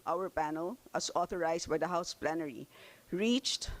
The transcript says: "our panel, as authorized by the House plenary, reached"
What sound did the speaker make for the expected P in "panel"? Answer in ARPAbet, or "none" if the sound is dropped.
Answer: P